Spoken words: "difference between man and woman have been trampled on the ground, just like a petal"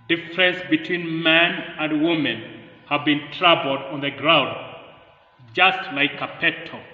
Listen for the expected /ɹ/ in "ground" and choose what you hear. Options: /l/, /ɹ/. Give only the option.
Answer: /ɹ/